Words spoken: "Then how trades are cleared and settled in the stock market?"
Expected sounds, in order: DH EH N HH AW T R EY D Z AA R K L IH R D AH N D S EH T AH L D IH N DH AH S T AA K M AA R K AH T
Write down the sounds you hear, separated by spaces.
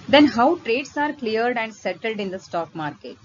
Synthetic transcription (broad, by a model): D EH N HH AW T R EY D S AA R K L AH R D AH N D S EH T AH L D IH N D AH S T AA K M AA R K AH T